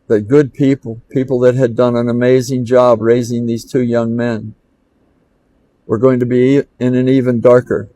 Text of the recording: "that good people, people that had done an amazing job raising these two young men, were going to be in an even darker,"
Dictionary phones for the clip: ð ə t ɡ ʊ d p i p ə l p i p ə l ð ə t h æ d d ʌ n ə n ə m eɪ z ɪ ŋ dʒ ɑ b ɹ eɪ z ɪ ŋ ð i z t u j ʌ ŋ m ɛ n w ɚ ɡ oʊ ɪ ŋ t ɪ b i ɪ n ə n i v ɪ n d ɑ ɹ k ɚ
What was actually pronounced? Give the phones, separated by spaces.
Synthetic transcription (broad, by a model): ð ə t ɡ ʊ d p i p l p i p l ð ə t h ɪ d d ʌ n ə n ə m eɪ z ɪ ŋ dʒ ɑ b ɹ eɪ z ɪ ŋ ð i z t u j ʌ ŋ m ɛ n w ɚ ɡ oʊ ɪ ŋ t ɪ b i ɪ n ə n i v ɪ n d ɑ ɹ k ɚ